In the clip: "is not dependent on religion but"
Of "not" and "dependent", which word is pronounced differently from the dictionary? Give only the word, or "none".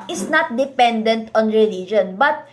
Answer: none